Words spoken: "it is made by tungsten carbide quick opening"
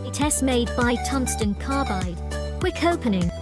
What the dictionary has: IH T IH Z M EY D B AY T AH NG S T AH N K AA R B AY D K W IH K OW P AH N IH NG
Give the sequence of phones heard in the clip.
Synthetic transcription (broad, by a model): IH T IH S M EY D B AY T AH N S T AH N K AA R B AY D W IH K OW P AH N IH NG